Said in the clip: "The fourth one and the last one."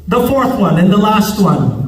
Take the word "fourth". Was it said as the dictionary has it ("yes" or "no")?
yes